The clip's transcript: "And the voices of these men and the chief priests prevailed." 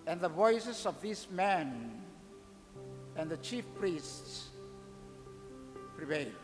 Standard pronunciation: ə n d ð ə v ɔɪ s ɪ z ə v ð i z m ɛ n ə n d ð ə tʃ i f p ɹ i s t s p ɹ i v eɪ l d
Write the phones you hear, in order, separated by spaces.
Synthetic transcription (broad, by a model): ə n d ð ə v ɔɪ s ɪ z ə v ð i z m ɛ n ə n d ð ə tʃ i f p ɹ i s t s p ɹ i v eɪ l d